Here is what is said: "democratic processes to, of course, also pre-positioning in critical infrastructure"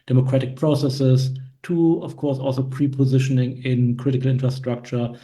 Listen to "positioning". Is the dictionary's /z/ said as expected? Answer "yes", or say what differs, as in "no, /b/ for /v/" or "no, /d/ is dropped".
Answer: yes